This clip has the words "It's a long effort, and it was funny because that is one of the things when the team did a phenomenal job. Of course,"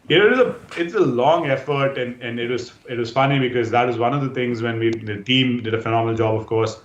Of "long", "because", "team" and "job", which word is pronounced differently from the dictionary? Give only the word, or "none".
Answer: none